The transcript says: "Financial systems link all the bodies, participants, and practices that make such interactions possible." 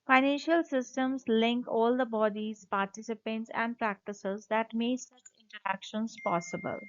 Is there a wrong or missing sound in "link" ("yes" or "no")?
no